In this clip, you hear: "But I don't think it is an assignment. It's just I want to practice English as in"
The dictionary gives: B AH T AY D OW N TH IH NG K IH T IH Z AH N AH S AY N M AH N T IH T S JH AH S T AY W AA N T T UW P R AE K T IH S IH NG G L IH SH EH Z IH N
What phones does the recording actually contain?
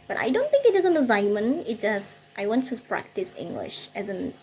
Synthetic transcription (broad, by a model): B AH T AY D OW N TH IH NG K IH T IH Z AH N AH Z AY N M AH N IH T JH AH S T AY W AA N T T UW P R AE K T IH S IH NG G L IH SH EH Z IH N